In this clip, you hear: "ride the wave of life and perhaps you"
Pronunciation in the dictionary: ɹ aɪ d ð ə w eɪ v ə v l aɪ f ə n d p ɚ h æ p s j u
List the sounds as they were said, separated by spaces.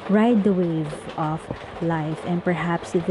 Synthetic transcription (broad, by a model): ɹ aɪ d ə w eɪ v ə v l aɪ f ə n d p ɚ h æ p s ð